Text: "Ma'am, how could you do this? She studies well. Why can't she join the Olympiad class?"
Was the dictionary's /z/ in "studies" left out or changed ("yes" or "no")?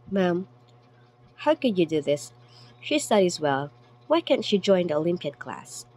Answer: no